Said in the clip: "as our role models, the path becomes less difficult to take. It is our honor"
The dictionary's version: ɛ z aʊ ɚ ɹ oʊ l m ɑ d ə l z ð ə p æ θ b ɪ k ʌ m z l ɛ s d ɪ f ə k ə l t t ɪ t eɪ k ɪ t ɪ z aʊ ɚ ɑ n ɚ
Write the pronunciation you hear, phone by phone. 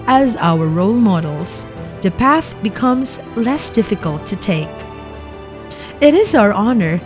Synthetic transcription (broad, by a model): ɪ z aʊ ɚ ɹ oʊ l m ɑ d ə l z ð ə p æ θ b ɪ k ʌ m z l ɛ s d ɪ f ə k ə l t t ɪ t eɪ k ɪ t ɪ z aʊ ɚ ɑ n ɚ